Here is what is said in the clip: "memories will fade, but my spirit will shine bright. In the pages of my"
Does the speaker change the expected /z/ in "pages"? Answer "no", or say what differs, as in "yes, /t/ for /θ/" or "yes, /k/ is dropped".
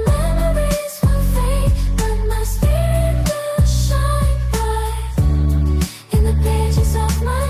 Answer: no